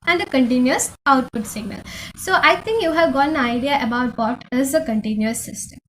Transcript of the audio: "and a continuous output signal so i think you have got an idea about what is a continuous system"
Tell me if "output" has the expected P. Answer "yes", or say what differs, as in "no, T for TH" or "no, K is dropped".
yes